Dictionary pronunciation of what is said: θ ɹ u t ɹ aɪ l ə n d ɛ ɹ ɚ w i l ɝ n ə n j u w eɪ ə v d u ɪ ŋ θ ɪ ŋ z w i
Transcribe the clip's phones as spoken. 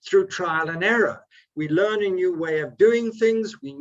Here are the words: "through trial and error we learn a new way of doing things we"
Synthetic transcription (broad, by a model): θ ɹ u t ɹ aɪ l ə n ɛ ɹ ɚ w i l ɝ n ə n j u w eɪ ə v d u ɪ ŋ θ ɪ ŋ z w i